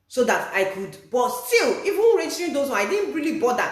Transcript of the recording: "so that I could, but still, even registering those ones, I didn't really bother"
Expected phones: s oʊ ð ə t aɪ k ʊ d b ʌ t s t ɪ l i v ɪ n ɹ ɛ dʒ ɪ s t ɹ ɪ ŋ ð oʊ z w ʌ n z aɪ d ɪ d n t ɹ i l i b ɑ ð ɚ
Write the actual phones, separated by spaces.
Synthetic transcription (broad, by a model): s oʊ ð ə t aɪ k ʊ d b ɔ t s t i l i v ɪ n ɹ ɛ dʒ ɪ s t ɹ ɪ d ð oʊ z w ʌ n aɪ d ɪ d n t ɹ i l i b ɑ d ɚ